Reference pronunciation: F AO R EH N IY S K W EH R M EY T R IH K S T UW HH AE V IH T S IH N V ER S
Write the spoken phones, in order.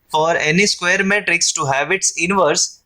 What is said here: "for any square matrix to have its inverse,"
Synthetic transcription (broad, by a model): F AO R EH N IY S K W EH R M EY T R IH K S T UW HH AE V IH T S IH N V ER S